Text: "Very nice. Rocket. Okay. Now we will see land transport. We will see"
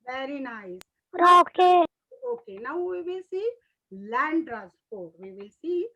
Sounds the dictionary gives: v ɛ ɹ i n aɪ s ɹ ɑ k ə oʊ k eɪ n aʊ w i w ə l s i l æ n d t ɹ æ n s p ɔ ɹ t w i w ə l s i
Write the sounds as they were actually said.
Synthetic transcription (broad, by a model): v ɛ ɹ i n aɪ s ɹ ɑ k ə oʊ k eɪ n aʊ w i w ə s i l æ n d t ɹ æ s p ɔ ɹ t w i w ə s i